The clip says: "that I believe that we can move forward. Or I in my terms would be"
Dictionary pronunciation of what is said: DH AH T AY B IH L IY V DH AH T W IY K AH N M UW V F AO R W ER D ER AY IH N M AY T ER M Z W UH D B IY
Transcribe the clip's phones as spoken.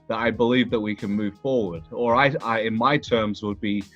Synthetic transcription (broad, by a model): DH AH T AY B IH L IY V DH AH T W IY K AH N M UW V F AO R W ER D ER AY IH N M AY T ER M Z W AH D B IY